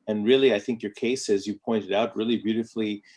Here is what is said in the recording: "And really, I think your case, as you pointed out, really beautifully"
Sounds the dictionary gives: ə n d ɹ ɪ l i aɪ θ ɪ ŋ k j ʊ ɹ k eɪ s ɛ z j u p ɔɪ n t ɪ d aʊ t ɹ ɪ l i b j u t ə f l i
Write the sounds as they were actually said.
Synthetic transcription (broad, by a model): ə n ɹ ɪ l i aɪ θ ɪ ŋ k j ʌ ɹ k eɪ s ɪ z j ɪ p ɔɪ n t ɪ d aʊ t ɹ ɪ l i b j u t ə f l i